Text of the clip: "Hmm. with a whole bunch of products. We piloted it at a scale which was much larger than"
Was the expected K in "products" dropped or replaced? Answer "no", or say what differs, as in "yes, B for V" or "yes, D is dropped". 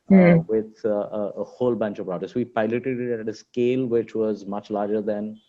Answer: yes, K is dropped